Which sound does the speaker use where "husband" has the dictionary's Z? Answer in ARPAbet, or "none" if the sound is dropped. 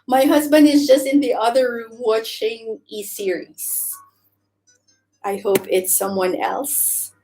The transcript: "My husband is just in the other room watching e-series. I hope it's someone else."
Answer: Z